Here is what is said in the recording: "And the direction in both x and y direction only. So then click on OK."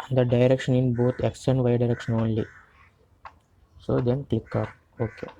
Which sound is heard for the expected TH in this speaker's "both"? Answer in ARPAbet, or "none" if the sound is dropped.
T